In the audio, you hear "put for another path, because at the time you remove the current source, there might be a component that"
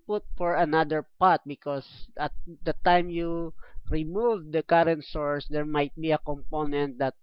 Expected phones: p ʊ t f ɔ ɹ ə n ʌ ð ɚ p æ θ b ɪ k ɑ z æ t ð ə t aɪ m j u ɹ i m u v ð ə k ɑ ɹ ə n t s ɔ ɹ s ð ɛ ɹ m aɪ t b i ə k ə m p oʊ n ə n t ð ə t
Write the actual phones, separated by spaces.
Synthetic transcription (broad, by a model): p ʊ t f ɔ ɹ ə n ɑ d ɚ p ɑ t b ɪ k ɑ s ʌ t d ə t aɪ m j u ɹ i m u v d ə k ɑ ɹ ə n t s ɔ ɹ s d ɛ ɹ m aɪ t b i ə k ə m p oʊ n ə n t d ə t